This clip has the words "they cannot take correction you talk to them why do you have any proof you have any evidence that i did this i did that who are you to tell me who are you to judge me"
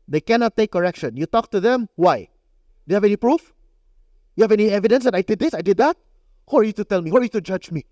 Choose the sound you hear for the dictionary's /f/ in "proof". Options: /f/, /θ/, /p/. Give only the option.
/f/